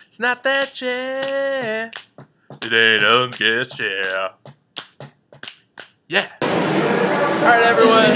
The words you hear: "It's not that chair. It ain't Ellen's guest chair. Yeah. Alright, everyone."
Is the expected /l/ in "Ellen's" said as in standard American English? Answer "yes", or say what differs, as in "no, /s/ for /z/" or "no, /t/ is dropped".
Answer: no, /l/ is dropped